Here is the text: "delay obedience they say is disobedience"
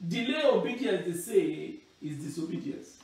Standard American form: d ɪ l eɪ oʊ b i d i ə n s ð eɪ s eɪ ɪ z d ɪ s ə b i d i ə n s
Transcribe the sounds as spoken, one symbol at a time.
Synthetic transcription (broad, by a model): d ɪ l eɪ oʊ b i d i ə s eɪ s eɪ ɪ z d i s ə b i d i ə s